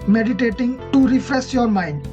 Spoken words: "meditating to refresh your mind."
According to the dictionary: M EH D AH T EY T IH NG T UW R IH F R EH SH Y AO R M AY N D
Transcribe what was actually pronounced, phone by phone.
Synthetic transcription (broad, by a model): M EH D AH T EY T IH NG T UW R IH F R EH S Y AO R M AY N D